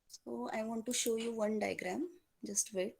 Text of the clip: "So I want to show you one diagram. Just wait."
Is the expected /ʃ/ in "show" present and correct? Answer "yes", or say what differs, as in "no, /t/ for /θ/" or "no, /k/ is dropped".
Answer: yes